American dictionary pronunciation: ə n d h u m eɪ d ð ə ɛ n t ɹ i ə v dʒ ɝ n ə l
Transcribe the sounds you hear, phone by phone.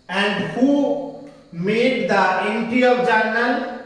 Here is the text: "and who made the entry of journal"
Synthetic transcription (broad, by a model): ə n d h u m eɪ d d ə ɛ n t i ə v dʒ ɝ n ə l